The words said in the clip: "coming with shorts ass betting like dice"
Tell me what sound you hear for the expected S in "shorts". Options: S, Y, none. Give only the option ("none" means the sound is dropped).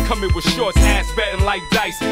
none